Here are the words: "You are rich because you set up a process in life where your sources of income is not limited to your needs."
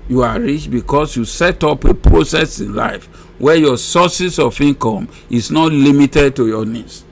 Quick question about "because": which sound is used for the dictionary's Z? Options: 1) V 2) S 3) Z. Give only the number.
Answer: 2